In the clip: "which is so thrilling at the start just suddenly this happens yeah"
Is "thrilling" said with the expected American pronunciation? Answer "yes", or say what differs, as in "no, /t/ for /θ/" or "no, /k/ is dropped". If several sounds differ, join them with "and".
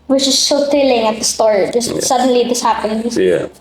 no, /ɹ/ is dropped